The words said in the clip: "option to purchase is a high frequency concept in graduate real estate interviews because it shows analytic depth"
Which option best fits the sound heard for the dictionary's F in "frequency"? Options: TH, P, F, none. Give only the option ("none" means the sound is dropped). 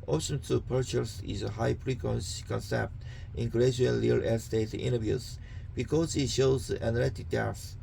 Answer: P